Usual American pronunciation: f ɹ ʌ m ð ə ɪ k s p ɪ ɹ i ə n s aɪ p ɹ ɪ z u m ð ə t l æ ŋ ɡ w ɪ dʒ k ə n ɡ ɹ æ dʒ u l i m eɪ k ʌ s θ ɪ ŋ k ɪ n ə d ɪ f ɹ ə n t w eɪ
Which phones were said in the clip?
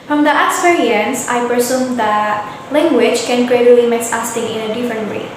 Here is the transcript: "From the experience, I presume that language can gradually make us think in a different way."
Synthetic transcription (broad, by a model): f ɹ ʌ m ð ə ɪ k s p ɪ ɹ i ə n s aɪ p ɹ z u m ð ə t l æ ŋ ɡ w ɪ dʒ k ə n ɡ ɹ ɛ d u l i m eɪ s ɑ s t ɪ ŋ ɪ n ə d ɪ f ɹ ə n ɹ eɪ